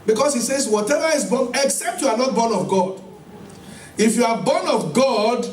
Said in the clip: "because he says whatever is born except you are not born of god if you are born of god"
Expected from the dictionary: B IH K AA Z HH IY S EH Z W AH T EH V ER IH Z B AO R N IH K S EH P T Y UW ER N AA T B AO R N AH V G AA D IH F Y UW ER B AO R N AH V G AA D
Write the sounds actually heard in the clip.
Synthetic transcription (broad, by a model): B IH K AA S HH IY S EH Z W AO T EH V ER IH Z B AO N IH K S EH P T Y UW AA N AA T B AO N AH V G AA D IH F Y UW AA B AO N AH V G AA D